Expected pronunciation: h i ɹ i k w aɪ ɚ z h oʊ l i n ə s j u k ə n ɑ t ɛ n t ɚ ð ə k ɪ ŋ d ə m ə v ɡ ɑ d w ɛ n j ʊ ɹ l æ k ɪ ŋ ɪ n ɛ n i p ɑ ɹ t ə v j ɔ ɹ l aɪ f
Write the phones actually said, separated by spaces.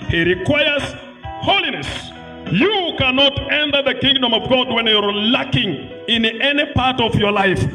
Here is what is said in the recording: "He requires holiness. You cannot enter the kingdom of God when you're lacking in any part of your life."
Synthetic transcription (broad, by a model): h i ɹ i k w aɪ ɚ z h oʊ l i n ə s j u k ə n ɑ t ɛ n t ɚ ð ə k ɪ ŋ d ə m ə v ɡ ɑ d w ɛ n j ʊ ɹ l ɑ k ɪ ŋ ɪ n ɛ n i p ɑ ɹ t ə v j ɔ ɹ l aɪ f